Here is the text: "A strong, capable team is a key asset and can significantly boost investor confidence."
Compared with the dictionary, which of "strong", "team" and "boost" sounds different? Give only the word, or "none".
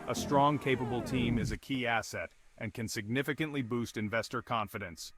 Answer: none